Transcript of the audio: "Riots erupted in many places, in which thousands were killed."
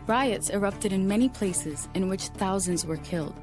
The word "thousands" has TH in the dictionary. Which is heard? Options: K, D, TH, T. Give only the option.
TH